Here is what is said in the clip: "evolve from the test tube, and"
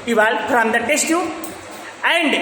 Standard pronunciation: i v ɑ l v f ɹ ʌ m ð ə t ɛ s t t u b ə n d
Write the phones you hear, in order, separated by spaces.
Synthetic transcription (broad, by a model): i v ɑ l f ɹ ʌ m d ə t ɛ s t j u ə n d